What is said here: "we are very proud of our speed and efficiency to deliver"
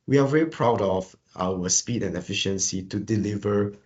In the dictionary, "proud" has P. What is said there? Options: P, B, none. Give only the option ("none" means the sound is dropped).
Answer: P